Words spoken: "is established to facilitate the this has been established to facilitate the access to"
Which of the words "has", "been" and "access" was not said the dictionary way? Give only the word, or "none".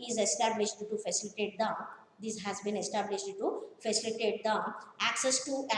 none